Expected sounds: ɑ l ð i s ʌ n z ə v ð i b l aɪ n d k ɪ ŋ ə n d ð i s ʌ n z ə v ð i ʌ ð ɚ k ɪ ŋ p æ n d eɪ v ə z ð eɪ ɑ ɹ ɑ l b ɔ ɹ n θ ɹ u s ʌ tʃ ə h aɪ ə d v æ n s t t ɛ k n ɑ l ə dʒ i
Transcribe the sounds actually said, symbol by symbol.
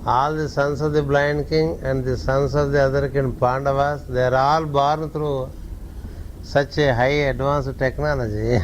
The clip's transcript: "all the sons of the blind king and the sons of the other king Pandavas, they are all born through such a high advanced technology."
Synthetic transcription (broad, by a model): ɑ l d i s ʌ n s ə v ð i b l aɪ n d k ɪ ŋ ə n d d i s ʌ n s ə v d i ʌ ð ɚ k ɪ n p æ n d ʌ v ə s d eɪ ɹ ɑ l b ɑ ɹ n t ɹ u s ʌ tʃ ə h aɪ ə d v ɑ n s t t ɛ k n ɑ l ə dʒ i